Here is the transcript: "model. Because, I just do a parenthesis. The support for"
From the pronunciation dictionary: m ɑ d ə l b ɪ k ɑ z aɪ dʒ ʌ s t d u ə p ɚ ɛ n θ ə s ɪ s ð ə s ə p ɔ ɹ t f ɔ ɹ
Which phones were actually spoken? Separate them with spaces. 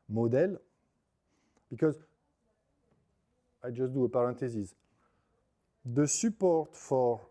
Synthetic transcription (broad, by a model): m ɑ d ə l b ɪ k ɑ z aɪ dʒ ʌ s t d u ə p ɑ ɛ n t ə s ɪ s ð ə s ə p ɔ ɹ t f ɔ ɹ